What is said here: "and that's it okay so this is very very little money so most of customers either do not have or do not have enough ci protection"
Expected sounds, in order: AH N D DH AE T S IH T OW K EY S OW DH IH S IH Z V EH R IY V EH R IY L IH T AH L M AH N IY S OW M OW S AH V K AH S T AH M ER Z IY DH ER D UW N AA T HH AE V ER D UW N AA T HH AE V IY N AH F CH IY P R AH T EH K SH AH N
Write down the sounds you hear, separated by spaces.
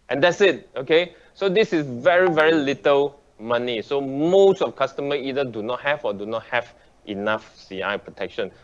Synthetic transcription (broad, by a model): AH N D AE T S IH T OW K EY S OW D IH S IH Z V EH R IY V EH R IY L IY T AH L M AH N IY S OW M OW S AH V K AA S T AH M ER IY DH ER D UW N AA T HH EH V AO D UW N AA T HH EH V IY N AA F S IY P R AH T EH K SH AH N